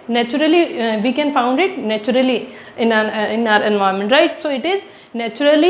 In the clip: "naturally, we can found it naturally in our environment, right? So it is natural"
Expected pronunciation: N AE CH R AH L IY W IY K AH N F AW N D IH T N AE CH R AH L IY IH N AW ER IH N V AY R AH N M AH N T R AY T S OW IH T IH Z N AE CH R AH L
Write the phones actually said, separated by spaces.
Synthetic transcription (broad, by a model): N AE CH R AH L IY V IY K AH N F AW N D IH T N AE CH R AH L IY IH N AW ER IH N V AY AH M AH N T R AY T S OW IH T IH Z N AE CH R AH L